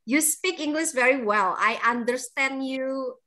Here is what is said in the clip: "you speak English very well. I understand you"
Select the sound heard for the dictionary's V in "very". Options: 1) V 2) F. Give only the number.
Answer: 1